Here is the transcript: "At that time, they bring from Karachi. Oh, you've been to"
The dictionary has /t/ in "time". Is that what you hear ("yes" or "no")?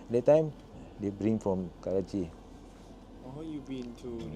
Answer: yes